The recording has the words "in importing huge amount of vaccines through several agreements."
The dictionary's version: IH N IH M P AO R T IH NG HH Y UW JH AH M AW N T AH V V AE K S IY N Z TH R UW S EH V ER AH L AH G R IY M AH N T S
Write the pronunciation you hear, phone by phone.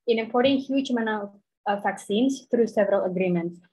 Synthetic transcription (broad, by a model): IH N IH M P AO R T IH NG HH Y UW JH M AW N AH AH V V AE K S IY N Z TH R UW S EH V ER AH L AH G R IY M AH N T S